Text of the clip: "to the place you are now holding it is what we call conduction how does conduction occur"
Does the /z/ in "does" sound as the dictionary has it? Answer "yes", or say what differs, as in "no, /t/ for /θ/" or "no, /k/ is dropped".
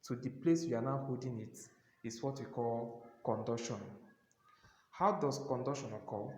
no, /s/ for /z/